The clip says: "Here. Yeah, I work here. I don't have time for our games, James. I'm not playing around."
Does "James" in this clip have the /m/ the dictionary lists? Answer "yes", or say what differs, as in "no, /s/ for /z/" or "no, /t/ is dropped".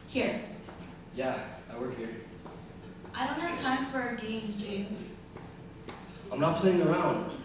yes